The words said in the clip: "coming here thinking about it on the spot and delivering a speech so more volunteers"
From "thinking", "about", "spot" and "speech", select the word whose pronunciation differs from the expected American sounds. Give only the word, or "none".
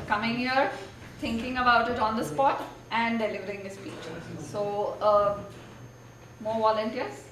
thinking